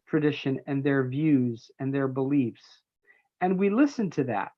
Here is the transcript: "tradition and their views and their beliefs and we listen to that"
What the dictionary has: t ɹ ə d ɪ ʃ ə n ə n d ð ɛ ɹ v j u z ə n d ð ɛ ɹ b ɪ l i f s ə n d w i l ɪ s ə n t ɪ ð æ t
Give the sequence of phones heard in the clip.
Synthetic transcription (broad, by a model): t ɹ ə d ɪ ʃ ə n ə n ð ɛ ɹ v j u z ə n ð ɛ ɹ b ɪ l i f s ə n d w i l ɪ s ə n t ɪ ð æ t